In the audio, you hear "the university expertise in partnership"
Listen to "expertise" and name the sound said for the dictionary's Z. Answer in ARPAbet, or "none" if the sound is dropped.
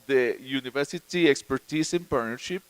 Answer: S